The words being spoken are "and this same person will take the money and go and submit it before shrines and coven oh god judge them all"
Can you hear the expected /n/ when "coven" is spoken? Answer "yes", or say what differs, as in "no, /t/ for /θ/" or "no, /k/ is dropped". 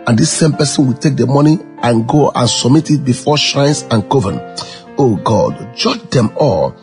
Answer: yes